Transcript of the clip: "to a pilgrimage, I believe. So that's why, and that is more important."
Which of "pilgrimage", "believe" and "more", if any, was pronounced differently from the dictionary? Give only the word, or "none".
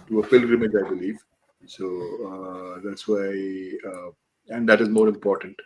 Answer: pilgrimage